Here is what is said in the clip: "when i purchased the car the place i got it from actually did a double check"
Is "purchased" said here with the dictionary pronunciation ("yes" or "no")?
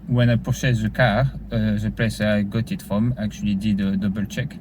no